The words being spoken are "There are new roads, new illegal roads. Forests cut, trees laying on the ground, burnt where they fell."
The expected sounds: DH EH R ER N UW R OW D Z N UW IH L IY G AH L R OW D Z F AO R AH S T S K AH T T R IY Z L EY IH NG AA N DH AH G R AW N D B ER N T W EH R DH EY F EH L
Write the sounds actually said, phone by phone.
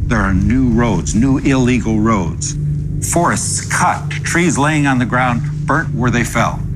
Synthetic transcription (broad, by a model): DH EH R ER N UW R OW D Z N UW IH L IY G L R OW D Z F AO R AH S T S K AH T T R IY Z L EY IH NG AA N DH AH G R AW N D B ER T W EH R DH EY F EH L